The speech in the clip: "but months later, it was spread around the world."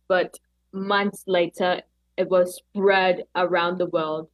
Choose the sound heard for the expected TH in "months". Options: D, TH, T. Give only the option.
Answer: TH